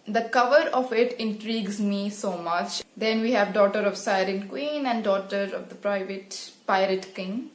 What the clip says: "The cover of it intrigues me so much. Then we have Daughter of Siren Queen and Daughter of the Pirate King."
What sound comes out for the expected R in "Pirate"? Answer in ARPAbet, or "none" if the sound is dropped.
R